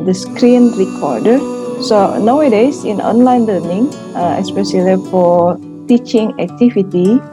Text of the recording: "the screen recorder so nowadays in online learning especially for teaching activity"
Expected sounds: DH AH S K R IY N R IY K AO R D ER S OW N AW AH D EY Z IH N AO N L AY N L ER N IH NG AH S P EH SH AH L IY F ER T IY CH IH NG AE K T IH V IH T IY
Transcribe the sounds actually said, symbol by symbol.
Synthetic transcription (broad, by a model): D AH S K R IY N R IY K AO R D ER S OW N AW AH D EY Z IH N AO N L AY N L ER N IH NG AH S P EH S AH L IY F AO T IY CH IH NG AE K T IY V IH T IY